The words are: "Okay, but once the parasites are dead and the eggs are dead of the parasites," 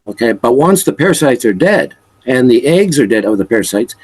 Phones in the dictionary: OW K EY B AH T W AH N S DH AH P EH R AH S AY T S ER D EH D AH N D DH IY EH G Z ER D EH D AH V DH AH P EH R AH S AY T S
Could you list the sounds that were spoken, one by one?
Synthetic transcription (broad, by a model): OW K EY B AH T W AH N S DH AH P EH R S AY T S ER D EH D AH N DH IY EH G Z ER D EH D AH V DH AH P EH R S AY T S